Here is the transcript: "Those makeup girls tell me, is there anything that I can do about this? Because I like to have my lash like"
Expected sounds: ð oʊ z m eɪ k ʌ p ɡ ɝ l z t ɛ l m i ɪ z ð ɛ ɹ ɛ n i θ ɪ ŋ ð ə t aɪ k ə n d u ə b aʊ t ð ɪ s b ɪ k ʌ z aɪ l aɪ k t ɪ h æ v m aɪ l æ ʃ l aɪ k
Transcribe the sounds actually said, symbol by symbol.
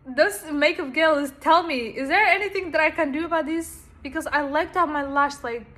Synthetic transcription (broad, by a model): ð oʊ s m eɪ k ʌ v ɡ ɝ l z t ɛ l m i ɪ z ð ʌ ɹ ɛ n i θ ɪ ŋ ð ə t aɪ k ə n d ə b aʊ t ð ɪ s b ɪ k ʌ z aɪ l aɪ k t ɪ h æ v m aɪ l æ s l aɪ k